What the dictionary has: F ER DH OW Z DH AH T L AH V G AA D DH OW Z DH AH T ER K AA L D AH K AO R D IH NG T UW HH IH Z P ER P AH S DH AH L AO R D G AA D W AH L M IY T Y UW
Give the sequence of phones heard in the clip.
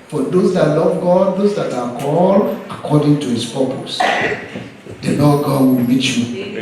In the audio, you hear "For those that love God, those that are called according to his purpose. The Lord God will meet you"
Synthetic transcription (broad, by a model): F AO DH OW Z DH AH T L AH V G AA D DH OW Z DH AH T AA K AA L AH K AO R D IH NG T UW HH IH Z P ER P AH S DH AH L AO G AA D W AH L M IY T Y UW